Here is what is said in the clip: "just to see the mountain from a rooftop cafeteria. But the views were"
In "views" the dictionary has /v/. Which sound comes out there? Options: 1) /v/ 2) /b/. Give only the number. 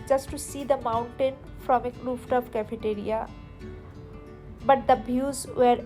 2